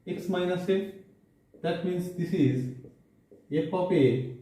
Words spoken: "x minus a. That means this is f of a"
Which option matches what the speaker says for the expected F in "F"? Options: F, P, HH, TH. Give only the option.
P